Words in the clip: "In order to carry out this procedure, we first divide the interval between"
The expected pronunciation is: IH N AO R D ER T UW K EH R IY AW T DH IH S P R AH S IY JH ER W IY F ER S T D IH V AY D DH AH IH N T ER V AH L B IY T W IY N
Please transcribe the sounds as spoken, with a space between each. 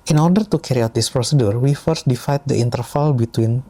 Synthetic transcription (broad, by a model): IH N AO R D ER T UW K EH R IY AW T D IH S P R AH S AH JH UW W IY F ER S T D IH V AY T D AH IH N T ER F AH L B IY T W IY N